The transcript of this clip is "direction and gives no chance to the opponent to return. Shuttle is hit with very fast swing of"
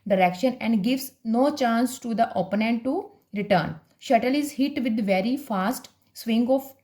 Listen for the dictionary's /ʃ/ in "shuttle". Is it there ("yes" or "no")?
yes